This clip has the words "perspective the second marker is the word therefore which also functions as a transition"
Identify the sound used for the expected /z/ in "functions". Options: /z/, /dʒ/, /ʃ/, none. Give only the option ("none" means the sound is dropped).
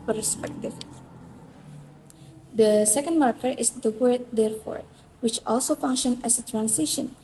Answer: none